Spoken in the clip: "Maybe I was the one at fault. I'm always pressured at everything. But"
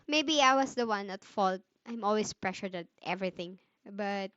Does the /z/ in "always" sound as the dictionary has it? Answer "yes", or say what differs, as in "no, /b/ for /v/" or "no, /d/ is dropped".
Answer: no, /s/ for /z/